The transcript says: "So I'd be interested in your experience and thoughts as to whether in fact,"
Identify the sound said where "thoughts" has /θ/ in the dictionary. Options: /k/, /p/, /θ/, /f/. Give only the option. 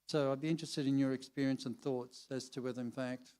/θ/